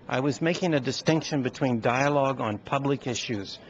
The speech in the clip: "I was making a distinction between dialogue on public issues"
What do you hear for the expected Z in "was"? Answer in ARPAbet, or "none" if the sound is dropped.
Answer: Z